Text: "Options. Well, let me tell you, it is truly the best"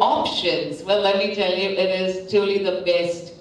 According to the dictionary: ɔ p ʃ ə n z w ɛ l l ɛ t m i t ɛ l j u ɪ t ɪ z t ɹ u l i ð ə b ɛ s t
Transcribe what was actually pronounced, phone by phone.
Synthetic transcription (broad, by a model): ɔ p ʃ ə n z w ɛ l l ɛ t m i t ɛ l j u ɪ t ɪ z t u l i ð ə b ɛ s t